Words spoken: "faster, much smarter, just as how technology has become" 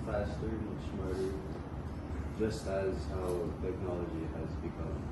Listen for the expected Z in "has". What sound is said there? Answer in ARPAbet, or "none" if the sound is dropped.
Z